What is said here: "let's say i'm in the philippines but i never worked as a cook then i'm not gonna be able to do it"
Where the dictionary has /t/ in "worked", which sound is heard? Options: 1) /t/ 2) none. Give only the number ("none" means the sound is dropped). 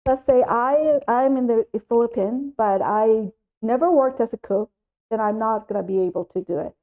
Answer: 1